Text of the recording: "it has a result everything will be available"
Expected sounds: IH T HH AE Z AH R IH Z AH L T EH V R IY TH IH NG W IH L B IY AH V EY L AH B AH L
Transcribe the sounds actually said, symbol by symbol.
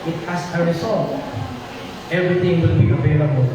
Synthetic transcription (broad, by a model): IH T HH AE S AH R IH S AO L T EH V R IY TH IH NG W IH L B IY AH V EY L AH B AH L